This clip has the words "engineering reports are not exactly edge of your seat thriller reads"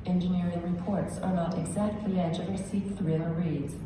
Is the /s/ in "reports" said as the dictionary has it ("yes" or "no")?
yes